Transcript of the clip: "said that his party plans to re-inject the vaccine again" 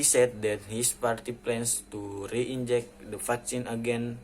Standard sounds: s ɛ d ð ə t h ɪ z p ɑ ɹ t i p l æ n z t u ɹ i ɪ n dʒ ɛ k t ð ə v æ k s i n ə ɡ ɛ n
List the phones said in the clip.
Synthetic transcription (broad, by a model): s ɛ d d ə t h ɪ s p ɑ ɹ t i p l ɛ n s t u ɹ i ɪ n dʒ ɛ k t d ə f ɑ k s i n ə ɡ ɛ n